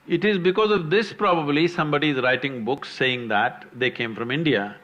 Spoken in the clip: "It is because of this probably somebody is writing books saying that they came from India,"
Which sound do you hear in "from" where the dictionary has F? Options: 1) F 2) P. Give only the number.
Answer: 1